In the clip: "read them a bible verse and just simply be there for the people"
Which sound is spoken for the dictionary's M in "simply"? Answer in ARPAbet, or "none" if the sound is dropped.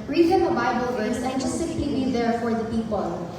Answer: none